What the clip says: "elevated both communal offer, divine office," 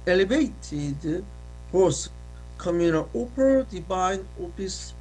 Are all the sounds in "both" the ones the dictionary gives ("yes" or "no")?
no